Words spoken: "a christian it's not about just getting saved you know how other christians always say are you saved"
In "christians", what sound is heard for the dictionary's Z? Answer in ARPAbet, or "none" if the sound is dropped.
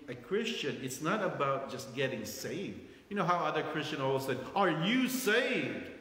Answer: none